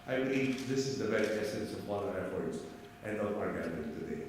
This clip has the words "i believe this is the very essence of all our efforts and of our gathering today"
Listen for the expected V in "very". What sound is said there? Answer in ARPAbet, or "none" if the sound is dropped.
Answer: B